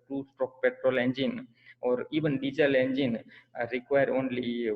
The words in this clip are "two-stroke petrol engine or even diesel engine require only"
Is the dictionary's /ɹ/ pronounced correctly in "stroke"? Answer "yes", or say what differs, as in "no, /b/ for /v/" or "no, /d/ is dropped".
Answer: no, /ɹ/ is dropped